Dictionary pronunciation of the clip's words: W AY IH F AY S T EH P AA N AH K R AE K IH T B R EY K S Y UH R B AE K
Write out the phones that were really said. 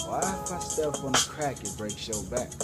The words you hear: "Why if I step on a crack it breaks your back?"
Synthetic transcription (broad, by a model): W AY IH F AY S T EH F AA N AH K R AE K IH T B R EY K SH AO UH L B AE K